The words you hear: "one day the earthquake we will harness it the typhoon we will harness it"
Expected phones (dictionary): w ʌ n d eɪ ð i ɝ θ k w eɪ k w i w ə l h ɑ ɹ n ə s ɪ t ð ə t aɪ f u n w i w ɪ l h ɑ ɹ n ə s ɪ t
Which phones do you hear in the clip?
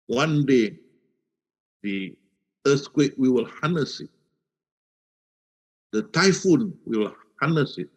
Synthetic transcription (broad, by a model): w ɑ n d eɪ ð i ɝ s k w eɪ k w i w ə l h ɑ n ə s ɪ t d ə t aɪ f u n w i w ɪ l h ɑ n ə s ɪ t